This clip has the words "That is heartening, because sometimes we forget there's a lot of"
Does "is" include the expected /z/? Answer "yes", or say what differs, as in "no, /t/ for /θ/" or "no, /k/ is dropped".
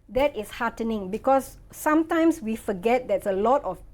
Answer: no, /s/ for /z/